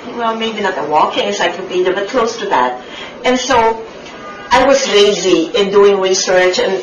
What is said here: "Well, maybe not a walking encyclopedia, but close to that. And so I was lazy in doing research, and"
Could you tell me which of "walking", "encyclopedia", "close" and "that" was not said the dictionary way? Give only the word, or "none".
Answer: encyclopedia